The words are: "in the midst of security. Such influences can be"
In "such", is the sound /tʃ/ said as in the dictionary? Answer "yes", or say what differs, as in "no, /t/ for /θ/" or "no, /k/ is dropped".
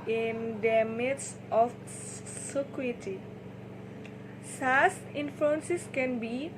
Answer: no, /s/ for /tʃ/